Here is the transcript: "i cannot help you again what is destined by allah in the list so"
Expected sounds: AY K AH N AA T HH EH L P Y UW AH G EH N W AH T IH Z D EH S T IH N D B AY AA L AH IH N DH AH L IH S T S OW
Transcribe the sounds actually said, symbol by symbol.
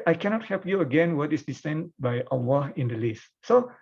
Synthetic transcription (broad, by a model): AY K AH N AA T HH EH L P Y UW AH G EH N W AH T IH S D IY S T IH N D B AY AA W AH IH N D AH L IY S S OW